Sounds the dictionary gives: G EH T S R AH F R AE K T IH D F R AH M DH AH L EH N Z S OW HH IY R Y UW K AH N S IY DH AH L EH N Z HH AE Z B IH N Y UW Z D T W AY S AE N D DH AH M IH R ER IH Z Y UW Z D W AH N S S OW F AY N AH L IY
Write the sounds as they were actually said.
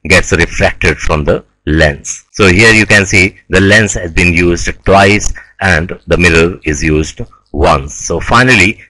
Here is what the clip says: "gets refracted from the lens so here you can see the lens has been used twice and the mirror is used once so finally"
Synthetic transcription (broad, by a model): G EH T S R AH F R AE K T IH D F R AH M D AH L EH N S OW HH IY R Y UW K AH N S IY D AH L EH N S HH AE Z B IH N Y UW Z D T W AY S AE N D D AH M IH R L IH Z Y UW Z D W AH N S S OW F AY N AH L IY